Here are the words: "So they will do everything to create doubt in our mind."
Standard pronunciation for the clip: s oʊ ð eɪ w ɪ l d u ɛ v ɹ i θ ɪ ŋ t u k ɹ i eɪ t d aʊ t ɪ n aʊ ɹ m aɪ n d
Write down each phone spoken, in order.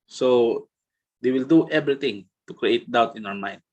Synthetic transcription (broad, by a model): s oʊ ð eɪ w ɪ l d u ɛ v ɹ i t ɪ ŋ t u k ɹ i eɪ t d aʊ t ɪ n aʊ ɹ m aɪ n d